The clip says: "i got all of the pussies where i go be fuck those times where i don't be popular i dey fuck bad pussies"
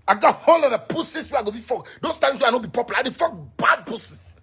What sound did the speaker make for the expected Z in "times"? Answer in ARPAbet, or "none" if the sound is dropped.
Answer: S